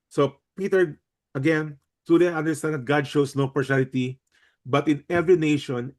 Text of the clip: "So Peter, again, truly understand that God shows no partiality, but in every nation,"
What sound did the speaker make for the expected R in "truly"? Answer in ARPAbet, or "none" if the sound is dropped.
none